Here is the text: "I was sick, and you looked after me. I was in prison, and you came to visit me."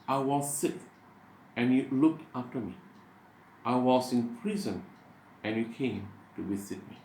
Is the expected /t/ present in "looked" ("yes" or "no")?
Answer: yes